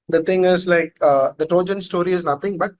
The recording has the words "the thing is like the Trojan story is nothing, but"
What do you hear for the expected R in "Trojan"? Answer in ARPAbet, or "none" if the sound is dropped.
none